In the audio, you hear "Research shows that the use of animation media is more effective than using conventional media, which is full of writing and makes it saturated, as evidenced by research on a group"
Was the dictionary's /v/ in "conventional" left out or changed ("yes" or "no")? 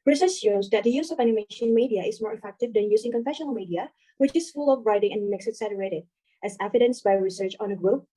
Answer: yes